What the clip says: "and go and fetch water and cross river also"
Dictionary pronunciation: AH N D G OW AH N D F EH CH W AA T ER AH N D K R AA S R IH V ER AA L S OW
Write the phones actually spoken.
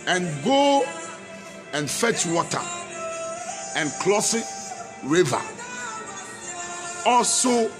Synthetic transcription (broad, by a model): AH N G OW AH N F EH CH W AA T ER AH N K L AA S R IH V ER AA L S OW